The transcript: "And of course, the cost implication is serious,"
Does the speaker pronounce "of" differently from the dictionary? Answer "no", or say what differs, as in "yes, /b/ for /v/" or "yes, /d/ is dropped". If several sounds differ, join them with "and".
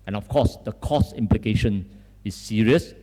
yes, /f/ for /v/